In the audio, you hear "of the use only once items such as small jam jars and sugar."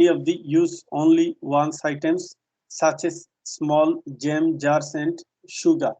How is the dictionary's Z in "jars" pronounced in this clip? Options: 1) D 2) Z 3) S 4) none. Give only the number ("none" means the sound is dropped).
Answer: 3